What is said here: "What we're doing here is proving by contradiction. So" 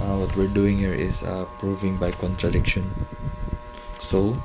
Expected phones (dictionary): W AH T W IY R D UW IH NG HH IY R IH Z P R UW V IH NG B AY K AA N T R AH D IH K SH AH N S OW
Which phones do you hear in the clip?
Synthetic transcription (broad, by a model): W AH T W IY R D UW IH NG HH IY R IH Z P R UW V IH NG B AY K AA N T R AH D IH K SH AH N S OW